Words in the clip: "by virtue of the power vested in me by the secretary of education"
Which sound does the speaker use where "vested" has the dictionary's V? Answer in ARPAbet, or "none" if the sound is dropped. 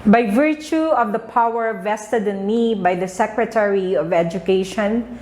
V